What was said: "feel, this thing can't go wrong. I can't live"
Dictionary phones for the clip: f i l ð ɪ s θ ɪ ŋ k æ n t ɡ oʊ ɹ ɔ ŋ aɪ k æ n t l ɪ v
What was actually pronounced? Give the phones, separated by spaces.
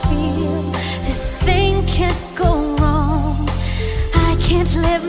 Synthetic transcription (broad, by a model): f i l ð ɪ s θ ɪ ŋ k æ n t ɡ oʊ ɹ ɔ ŋ aɪ k æ n t l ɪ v